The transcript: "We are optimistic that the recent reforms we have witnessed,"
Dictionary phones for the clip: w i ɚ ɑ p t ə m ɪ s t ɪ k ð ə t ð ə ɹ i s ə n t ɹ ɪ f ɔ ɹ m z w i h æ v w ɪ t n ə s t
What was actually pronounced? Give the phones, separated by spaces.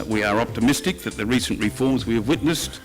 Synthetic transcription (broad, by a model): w i ɚ ɑ p t ə m ɪ s t ɪ k ð ə t ð ə ɹ i s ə n t ɹ ɪ f ɔ ɹ m z w i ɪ v w ɪ t n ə s t